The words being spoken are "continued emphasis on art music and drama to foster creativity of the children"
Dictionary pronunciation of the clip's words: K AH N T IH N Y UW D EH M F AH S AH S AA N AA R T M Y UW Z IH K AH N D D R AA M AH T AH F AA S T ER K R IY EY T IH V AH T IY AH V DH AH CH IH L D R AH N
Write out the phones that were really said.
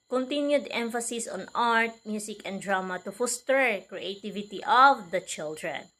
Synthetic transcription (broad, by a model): K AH N T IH N Y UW D EH M F AH S AH S AA N AA R T M Y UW S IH K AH N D D R AA M AH T AH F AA S T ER K R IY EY T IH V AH T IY AH V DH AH CH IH L D R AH N